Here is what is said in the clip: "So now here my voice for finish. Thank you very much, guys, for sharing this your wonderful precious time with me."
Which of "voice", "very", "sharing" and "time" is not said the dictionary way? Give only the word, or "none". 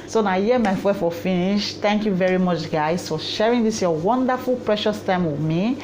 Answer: voice